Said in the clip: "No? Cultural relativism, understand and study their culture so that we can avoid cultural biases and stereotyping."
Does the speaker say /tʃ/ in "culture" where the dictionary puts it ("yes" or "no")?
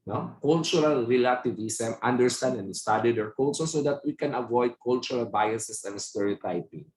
no